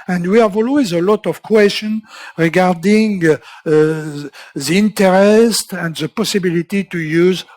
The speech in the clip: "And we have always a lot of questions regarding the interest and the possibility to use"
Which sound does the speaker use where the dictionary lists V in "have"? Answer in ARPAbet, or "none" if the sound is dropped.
V